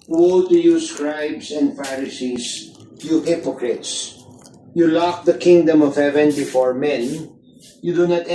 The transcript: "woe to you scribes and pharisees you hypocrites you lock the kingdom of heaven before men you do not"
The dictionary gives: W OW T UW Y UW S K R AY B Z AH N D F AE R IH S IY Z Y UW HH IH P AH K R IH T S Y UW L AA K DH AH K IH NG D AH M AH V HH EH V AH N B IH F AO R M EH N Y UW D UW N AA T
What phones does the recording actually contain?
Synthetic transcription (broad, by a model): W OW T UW Y UW S K R AY B S AH N D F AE R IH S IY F Y UW HH IH P AH K R IH T S Y UW L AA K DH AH K IH NG D AH M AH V HH EH V AH N B IH F AO R M EH N Y UW D UW N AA T